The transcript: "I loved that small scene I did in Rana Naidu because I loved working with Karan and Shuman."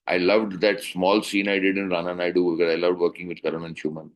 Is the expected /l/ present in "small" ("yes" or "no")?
yes